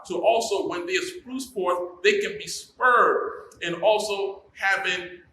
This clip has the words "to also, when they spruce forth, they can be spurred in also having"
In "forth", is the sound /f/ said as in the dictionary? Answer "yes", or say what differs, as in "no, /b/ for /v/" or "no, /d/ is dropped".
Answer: no, /p/ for /f/